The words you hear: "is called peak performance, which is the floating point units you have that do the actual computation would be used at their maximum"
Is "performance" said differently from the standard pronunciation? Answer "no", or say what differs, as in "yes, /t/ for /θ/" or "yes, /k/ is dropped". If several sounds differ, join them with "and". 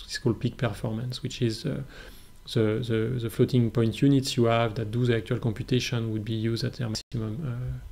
no